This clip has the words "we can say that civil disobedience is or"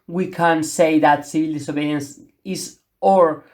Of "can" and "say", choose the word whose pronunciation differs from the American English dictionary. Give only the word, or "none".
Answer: none